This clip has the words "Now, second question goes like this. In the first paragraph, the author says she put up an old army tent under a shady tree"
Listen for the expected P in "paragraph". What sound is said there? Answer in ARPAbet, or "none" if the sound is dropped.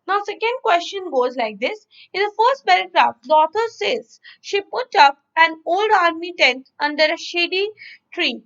B